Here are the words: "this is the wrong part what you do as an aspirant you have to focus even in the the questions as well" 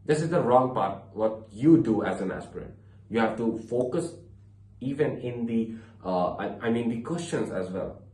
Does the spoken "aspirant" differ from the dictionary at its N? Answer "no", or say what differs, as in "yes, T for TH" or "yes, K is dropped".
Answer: yes, N is dropped